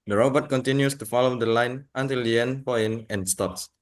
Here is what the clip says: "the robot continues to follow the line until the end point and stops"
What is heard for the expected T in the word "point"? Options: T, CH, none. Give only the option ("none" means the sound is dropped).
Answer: none